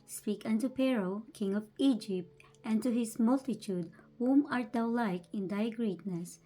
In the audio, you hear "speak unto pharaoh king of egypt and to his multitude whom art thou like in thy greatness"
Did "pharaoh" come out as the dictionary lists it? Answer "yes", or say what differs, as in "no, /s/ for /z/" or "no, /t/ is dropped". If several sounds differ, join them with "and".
no, /p/ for /f/